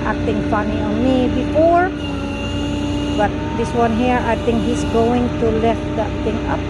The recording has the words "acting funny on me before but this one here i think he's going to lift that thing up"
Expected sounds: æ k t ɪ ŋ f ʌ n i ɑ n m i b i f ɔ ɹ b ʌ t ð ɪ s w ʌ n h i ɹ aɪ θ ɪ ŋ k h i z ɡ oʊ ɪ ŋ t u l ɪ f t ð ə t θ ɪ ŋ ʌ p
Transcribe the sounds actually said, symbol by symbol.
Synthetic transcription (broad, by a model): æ k t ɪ ŋ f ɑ n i ɑ n m i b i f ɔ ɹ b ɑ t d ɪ s w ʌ n h i ɹ aɪ t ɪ ŋ k h i s ɡ oʊ ɪ ŋ t u l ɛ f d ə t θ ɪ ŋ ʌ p